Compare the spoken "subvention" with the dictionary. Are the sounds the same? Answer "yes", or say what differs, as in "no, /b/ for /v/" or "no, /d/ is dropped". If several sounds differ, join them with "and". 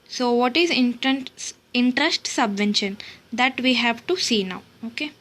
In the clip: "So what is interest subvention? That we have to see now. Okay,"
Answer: yes